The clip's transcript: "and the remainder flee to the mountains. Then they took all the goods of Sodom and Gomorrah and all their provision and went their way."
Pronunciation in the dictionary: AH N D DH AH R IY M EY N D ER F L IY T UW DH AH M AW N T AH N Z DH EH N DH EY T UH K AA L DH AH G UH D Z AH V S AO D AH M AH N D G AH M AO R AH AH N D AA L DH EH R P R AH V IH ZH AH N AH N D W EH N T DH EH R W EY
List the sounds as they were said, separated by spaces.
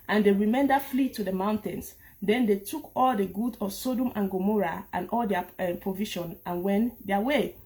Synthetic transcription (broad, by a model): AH N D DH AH R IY M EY N D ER F L IY T UW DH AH M AW N T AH N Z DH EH N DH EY T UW K AA L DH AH G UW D AH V S AO D AH M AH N G AH M AO R AH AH N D AA L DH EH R P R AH V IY SH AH N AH N W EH N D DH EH W EY